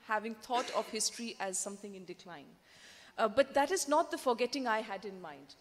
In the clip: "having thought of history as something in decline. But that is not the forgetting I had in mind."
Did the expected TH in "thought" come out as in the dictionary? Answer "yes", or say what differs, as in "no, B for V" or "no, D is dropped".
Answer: no, T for TH